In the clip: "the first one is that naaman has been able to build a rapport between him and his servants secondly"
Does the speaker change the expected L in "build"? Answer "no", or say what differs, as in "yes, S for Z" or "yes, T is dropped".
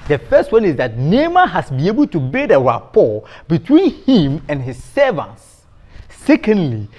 yes, L is dropped